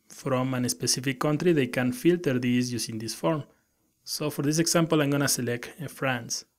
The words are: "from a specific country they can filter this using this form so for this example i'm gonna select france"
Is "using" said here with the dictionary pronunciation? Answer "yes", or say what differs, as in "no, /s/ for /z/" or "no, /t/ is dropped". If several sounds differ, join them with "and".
no, /s/ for /z/